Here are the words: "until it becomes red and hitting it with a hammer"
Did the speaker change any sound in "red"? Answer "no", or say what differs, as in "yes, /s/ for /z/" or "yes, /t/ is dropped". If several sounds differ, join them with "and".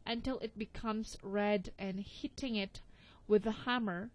no